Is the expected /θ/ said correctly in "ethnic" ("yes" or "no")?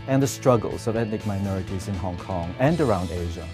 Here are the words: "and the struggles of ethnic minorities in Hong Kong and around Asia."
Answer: no